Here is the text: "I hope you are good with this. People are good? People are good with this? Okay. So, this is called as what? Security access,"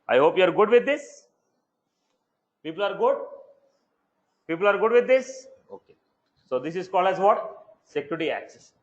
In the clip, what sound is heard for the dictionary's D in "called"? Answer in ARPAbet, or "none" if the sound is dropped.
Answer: none